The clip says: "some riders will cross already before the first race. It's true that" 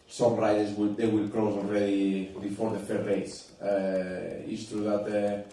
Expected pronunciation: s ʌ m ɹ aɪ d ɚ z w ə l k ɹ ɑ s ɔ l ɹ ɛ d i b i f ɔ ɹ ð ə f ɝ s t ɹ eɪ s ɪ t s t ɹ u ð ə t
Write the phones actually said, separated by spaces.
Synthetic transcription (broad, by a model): s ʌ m ɹ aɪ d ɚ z w ə l k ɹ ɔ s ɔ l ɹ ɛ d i b i f ɔ ɹ ð ə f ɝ t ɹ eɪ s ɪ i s t ɹ u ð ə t